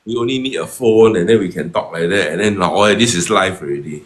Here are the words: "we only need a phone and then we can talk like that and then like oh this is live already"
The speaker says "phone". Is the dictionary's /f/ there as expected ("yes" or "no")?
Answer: yes